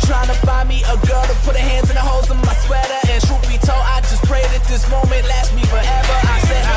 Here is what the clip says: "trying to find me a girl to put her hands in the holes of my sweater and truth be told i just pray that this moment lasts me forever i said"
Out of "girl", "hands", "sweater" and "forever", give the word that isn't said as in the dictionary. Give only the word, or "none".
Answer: none